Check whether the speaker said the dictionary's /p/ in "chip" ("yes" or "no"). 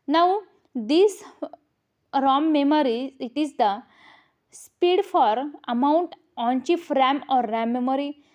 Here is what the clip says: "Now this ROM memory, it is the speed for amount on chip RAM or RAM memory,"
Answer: no